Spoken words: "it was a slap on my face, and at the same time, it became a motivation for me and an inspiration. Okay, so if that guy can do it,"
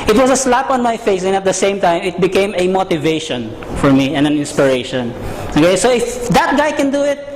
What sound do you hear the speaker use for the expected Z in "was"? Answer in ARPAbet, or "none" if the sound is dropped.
S